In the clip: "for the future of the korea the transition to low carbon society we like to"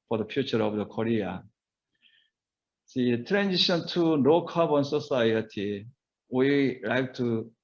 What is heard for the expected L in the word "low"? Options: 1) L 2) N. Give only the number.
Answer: 2